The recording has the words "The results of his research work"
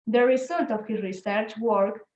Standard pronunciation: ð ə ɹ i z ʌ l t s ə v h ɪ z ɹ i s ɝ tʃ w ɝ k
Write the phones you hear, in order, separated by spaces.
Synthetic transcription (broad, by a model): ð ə ɹ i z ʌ l t ə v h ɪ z ɹ i s ɝ tʃ w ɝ k